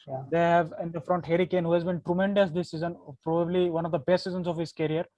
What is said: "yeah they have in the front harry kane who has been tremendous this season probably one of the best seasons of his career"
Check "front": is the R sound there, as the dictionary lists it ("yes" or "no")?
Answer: yes